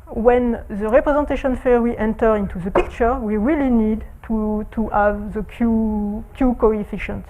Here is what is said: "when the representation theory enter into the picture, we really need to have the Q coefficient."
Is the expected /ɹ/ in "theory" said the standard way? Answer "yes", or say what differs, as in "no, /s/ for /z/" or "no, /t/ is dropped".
no, /w/ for /ɹ/